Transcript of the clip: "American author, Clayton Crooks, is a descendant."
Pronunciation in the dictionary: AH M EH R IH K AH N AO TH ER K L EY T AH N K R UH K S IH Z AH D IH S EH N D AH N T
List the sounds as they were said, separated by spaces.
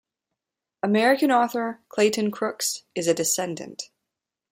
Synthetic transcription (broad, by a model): AH M EH R IH K AH N AO TH ER K L EY T AH N K R UH K S IH Z AH D IH S EH N D AH N T